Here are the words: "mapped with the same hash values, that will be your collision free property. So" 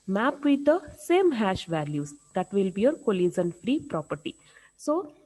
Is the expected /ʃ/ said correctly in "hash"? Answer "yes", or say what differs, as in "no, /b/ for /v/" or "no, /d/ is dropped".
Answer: yes